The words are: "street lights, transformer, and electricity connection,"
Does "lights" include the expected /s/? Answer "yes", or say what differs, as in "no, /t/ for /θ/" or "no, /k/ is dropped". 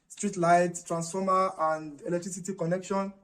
no, /s/ is dropped